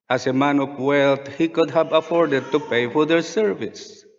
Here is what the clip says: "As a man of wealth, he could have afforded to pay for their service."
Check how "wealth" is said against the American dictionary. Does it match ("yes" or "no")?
no